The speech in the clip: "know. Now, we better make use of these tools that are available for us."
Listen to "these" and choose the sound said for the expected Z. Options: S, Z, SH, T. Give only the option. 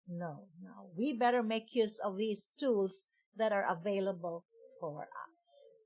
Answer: S